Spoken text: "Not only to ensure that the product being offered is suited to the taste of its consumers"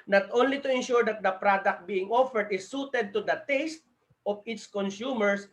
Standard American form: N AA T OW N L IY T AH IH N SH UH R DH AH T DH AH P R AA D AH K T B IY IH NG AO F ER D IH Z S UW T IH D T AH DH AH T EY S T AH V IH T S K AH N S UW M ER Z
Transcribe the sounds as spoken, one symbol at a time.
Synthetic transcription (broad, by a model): N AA T OW N L IY T AH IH N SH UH R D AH T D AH P R AA D AH K T B IY IH NG AO F ER D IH S UW T IH D T AH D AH T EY S T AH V IH T S K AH N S UW M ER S